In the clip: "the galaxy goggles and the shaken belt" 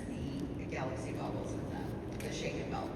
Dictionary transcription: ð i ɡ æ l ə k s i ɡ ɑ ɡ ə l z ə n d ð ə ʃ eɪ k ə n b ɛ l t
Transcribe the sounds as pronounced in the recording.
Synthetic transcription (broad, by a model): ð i ɡ æ l ə k s i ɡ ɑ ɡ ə l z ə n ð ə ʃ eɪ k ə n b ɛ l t